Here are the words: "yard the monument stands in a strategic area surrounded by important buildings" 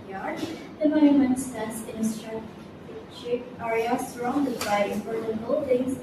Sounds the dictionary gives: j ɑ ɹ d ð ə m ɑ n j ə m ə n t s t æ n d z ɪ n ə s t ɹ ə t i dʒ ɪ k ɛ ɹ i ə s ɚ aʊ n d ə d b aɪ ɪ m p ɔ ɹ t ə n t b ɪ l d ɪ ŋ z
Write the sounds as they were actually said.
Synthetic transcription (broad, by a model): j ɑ ɹ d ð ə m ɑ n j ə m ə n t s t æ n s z ɪ n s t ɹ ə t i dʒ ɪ ɑ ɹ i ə s ɚ aʊ n d ə d b aɪ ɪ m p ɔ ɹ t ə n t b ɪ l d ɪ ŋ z